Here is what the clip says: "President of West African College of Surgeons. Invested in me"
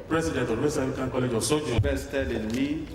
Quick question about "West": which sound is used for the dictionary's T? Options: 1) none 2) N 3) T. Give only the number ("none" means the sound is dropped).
1